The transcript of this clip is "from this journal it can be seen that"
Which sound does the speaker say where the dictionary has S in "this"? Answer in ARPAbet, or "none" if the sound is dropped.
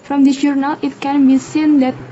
none